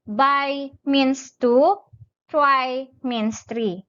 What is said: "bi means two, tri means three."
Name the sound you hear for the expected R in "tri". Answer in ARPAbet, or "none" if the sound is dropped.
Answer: W